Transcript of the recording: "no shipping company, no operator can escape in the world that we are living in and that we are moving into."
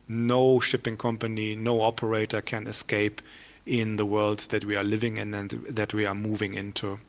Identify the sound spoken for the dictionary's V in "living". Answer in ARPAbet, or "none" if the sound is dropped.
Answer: V